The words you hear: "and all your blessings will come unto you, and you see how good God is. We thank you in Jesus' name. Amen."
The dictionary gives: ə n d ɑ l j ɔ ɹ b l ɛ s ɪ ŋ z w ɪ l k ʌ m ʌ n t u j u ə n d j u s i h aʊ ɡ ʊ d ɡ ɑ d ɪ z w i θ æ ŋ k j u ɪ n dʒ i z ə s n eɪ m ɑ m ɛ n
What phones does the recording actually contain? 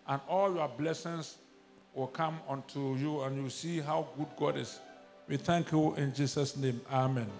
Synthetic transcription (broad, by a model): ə n ɑ l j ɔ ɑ b l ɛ s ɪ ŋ s w ɪ l k ʌ m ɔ n t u j u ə n j u s i h aʊ ɡ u d ɡ ɑ d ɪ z w i θ æ ŋ k j u ɪ n dʒ i s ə s n eɪ m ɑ m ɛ n